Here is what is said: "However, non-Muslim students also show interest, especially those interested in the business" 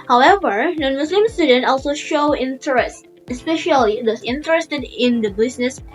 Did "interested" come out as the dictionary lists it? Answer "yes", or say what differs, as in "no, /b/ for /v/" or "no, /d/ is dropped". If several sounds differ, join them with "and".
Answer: yes